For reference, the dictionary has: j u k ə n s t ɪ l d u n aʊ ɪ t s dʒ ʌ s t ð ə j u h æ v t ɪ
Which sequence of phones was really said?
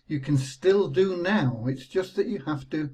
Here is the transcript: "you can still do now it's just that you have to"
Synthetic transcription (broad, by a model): j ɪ k ə n s t ɪ l d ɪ n aʊ ɪ t s dʒ ʌ s t ð ə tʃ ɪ h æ f t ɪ